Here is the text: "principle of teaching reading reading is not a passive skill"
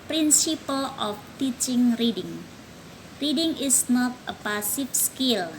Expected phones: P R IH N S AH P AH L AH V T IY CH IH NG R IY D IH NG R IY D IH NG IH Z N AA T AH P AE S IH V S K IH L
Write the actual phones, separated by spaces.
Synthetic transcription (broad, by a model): P R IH N S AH P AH L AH F T IY CH IH NG R IY D IH NG R IY D IH NG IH S N AA T AH P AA S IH F S K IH L